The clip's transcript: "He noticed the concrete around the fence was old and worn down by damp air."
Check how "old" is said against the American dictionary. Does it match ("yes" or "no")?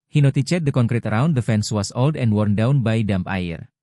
yes